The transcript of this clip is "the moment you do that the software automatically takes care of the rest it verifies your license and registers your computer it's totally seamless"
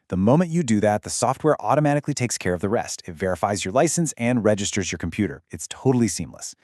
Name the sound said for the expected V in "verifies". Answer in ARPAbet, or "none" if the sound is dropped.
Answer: V